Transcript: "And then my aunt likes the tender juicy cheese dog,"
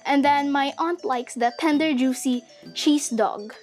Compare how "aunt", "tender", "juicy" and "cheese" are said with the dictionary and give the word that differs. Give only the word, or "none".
cheese